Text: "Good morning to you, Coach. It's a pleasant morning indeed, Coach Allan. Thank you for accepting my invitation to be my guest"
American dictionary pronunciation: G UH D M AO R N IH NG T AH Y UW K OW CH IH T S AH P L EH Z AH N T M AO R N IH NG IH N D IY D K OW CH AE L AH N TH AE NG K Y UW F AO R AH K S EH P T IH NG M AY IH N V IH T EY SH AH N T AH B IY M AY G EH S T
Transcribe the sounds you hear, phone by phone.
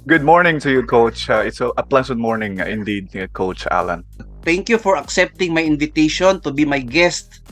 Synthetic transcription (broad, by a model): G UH D M AO R N IH NG T AH Y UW K OW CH IH T S AH P L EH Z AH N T M AO R N IH NG IH N D IY D K OW CH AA L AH N T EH NG K Y UW F AO R AH K S EH P T IH NG M AY IH N V IH T EY SH AH N T AH B IY M AY G EH S T